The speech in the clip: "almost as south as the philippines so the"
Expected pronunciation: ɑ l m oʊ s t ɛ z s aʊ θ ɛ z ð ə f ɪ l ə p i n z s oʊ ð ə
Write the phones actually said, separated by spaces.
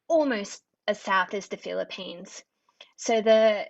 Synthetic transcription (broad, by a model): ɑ l m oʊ s t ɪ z s aʊ θ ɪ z ð ə f ɪ l ə p i n z s oʊ ð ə